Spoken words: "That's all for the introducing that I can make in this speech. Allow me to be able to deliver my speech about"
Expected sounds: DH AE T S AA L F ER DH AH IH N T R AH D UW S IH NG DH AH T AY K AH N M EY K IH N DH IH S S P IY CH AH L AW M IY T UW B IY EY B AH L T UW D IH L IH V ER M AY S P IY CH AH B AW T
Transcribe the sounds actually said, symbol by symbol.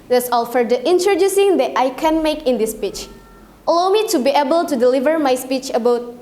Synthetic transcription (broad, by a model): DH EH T S AA L F ER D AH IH N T R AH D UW S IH NG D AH T AY K AH N M EY K IH N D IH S S P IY CH AH L AW M IY T UW B IY EY B AH L T UW D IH L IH V ER M AY S P IY CH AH B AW T